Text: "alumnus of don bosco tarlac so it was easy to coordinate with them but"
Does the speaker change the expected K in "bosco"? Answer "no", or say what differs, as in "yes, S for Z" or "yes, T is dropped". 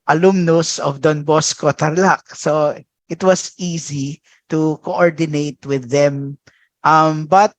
no